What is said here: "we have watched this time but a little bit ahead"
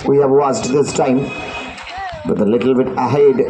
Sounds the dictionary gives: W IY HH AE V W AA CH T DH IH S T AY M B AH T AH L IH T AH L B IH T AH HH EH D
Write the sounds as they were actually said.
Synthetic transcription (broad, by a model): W IY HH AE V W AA S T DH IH S T AY M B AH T AH L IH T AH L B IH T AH HH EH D